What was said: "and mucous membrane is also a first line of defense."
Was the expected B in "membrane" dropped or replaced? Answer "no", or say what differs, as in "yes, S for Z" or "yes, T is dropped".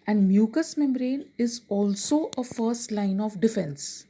no